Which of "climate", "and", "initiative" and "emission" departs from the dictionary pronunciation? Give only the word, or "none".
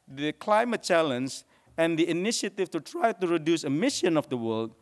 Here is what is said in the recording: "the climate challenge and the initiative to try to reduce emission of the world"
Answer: initiative